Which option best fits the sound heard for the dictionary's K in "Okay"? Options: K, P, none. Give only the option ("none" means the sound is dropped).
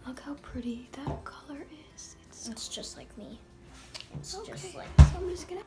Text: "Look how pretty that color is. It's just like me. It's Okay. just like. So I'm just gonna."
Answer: none